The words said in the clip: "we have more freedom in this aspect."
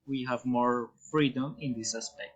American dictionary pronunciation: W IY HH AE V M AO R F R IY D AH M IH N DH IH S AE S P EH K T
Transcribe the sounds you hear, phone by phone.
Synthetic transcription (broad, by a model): W IY HH AE V M AO R F R IY D AH M IH N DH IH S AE S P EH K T